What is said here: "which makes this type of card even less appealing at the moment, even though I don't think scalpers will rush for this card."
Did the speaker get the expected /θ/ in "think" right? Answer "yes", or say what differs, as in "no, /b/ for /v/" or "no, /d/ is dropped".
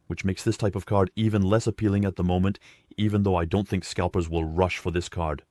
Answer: yes